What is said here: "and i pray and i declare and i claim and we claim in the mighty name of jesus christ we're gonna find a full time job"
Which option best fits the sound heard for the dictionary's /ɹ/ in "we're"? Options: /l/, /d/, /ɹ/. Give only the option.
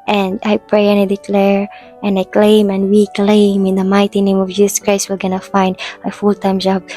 /l/